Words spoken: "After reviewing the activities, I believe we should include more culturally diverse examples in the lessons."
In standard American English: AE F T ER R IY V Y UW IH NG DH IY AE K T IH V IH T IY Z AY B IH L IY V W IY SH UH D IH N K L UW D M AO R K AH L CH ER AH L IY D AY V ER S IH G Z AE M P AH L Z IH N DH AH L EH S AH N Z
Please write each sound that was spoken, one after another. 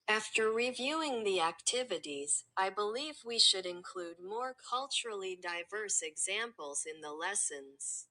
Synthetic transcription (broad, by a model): AE F T ER R IY V Y UW IH NG DH IY AE K T IH V IH T IY Z AY B IH L IY V W IY SH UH D IH N K L UW D M AO R K AH L CH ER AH L IY D AY V ER S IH G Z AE M P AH L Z IH N DH AH L EH S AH N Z